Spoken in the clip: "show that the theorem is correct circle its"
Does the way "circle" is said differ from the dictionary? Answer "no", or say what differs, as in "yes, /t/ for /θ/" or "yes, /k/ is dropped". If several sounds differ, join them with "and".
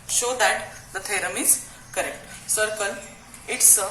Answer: yes, /n/ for /l/